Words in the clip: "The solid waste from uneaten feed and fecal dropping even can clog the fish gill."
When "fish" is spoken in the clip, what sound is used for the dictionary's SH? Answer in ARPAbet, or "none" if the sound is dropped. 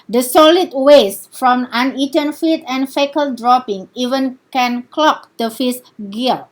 S